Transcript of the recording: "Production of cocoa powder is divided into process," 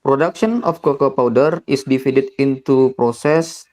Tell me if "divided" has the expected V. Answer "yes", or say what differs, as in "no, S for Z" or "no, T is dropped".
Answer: no, F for V